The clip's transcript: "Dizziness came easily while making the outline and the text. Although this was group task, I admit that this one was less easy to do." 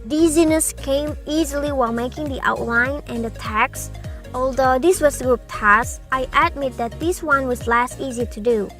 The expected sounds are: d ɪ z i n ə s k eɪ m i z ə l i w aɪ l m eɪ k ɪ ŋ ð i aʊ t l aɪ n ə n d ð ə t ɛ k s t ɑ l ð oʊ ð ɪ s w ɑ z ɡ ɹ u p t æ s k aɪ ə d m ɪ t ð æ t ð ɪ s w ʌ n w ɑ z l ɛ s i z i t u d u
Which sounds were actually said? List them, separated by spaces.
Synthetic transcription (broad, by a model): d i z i n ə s k eɪ m i z ə l i w aɪ l m eɪ k ɪ ŋ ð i aʊ t l aɪ n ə n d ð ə t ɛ k s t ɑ l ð oʊ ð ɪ s w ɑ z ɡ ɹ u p t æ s aɪ ə d m ɪ t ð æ t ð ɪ s w ʌ n w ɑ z l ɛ s i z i t u d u